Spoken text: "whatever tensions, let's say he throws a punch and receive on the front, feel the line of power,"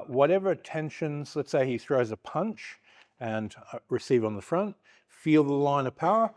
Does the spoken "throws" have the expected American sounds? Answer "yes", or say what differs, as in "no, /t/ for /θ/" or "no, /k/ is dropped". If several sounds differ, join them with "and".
yes